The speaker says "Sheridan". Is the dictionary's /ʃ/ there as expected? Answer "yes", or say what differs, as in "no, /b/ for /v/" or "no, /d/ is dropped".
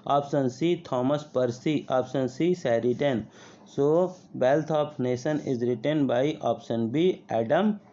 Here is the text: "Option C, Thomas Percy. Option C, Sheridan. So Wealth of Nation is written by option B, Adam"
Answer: no, /s/ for /ʃ/